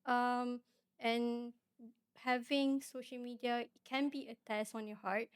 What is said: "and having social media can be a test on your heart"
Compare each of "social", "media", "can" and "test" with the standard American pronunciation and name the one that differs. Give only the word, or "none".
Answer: none